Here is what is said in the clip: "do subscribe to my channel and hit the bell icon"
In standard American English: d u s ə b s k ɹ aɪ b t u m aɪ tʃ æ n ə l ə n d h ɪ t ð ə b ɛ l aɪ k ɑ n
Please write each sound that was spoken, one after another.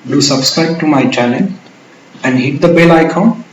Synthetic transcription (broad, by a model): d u s ə b s k ɹ aɪ b t u m aɪ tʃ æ l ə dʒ ə n d h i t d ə b ɛ l aɪ k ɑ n